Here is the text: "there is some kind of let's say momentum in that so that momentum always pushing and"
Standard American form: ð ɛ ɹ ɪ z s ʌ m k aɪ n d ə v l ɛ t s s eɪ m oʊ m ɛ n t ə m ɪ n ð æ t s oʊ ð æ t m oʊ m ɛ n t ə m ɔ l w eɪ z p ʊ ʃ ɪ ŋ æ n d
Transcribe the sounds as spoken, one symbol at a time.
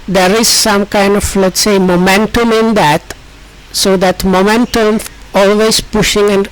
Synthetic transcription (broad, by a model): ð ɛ ɹ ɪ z s ʌ m k aɪ n d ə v l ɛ t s s eɪ m oʊ m ɛ n t ə m ɪ n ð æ t s oʊ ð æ t m oʊ m ɛ n t ə m ɔ l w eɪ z p ʊ ʃ ɪ ŋ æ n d